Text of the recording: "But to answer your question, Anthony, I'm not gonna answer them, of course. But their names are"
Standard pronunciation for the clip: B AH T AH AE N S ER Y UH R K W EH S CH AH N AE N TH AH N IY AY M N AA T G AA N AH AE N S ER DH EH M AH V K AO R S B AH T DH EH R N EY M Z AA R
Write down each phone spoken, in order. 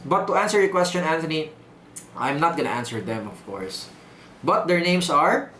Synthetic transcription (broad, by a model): B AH T AH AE N S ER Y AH K W EH S CH AH N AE N T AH N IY AY M N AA T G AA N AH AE N S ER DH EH M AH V K AO R S B AH T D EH R N EY M S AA R